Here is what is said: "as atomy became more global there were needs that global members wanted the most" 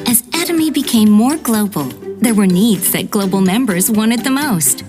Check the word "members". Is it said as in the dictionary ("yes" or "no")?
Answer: yes